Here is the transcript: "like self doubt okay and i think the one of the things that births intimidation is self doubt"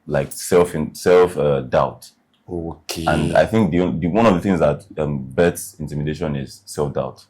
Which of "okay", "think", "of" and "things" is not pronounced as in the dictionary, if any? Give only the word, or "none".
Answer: none